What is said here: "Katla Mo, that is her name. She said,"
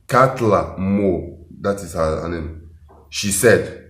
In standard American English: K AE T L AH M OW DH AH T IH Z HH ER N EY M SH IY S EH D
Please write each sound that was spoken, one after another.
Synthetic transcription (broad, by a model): K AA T L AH M OW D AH T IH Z HH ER N EY M SH IY S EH D